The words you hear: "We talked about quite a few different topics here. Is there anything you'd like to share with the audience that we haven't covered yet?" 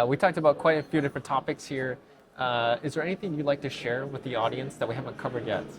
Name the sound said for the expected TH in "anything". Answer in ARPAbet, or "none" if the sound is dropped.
TH